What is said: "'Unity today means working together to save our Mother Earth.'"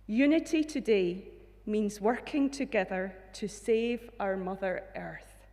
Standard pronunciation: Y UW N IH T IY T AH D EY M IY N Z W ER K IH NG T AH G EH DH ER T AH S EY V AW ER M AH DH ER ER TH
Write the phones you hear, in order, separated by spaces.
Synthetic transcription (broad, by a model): Y UW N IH T IY T AH D EY M IY N Z W ER K IH NG T AH G EH DH ER T AH S EY V AW ER M AH DH ER ER TH